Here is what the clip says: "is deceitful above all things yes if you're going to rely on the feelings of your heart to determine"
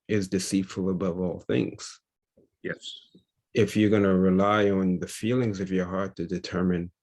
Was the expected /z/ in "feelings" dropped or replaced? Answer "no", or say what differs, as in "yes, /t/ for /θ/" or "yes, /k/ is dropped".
no